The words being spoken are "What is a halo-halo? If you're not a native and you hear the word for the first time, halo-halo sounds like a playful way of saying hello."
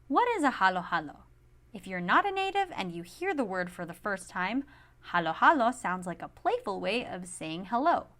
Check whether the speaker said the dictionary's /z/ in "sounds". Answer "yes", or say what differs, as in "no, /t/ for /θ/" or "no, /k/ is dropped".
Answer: yes